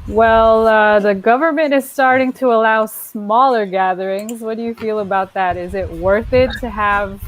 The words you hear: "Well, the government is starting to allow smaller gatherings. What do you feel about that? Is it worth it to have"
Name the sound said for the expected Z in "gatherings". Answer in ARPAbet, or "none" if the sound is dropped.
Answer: Z